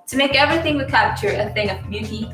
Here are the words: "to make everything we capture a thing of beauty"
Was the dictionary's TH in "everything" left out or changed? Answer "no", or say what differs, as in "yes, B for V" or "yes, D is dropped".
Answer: no